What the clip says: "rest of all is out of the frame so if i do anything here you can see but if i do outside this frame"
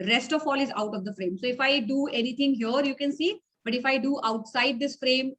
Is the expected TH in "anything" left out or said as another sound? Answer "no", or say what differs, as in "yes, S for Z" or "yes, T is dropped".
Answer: yes, T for TH